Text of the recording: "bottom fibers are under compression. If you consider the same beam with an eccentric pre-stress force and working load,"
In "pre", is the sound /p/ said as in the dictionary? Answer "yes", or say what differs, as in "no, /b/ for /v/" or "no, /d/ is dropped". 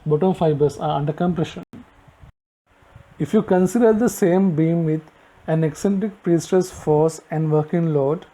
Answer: yes